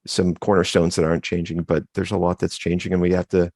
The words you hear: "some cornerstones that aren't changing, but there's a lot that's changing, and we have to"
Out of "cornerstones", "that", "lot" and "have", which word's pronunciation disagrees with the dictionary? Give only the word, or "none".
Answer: have